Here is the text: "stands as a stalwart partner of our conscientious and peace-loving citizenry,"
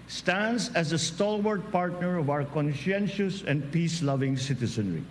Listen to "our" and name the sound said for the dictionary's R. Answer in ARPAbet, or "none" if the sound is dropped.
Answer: W